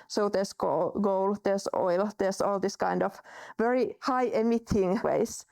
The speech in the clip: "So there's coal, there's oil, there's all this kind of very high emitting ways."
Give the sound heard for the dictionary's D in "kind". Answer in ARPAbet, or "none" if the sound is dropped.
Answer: D